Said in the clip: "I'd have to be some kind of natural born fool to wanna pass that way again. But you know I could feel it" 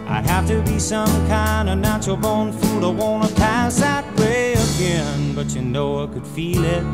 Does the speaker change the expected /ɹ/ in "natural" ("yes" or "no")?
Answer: yes